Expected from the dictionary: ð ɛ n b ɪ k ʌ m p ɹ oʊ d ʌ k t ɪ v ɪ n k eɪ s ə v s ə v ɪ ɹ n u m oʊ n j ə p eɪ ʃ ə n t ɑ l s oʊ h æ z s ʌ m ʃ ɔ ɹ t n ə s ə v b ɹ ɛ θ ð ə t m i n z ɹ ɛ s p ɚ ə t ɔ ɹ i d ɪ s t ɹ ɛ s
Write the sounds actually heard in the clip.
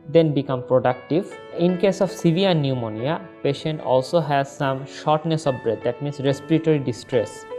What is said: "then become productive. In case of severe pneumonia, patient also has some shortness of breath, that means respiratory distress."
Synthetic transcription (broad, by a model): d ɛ n b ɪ k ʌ m p ɹ oʊ d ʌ k t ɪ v ɪ n k eɪ s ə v s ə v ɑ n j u m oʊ n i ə p eɪ ʃ ə n t ɑ l s oʊ h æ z s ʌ m ʃ ɔ ɹ t n ə s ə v b ɹ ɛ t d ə t m i n s ɹ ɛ s p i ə t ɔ ɹ i d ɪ s t ɹ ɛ s